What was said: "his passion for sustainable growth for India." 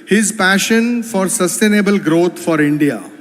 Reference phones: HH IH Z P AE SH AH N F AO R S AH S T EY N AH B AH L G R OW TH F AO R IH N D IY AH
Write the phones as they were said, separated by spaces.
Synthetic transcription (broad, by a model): HH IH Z P AE SH AH N F AO R S AH S T EY N AH B AH L G R OW T F AO R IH N D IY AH